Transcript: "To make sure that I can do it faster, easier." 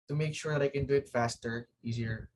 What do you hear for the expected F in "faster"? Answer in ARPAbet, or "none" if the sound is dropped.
F